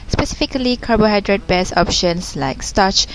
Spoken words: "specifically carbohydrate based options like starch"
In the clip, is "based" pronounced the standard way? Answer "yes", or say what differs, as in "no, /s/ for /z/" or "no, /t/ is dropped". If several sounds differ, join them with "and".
no, /t/ is dropped